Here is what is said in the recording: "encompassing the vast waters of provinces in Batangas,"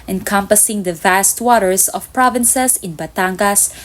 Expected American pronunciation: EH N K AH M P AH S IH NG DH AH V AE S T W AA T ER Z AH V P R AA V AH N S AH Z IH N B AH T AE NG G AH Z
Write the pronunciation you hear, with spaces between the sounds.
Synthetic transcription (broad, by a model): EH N K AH M P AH S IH NG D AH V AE S T W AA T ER S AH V P R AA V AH N S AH S IH N B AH T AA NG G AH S